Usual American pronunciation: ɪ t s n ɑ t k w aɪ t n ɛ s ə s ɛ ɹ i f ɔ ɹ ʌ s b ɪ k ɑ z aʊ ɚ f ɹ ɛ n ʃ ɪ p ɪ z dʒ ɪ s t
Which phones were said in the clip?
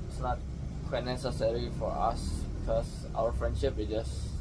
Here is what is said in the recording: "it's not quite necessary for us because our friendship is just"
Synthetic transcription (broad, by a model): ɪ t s n ɑ t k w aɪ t n ɛ s ə s ɛ ɹ i f ɔ ɹ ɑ s b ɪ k ɑ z aʊ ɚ f ɹ ɛ n ʃ ɪ p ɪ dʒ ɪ s